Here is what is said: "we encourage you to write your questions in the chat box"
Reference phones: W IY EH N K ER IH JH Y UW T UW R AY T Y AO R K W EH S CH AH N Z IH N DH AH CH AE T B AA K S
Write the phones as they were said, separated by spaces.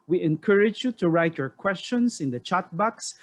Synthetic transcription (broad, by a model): W IY EH N K ER IH JH Y UW T UW R AY T Y AO R K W EH S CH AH N S IH N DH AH CH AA T B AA K S